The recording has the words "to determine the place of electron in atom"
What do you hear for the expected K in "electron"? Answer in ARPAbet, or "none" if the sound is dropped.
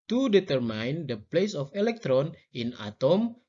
K